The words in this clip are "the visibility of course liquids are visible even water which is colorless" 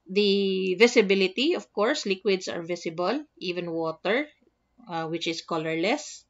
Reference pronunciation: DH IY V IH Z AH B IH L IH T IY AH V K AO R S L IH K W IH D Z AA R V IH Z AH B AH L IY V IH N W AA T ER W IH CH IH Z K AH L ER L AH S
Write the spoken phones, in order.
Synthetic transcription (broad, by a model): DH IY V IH S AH B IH L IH T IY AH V K AO R S L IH K W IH D S AA R V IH S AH B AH L IY V IH N W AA T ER W IH CH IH S K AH L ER L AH S